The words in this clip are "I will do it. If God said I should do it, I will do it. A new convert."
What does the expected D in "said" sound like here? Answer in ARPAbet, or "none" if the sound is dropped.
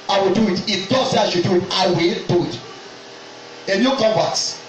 none